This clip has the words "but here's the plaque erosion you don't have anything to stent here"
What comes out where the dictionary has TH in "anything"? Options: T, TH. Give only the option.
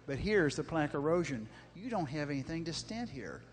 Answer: TH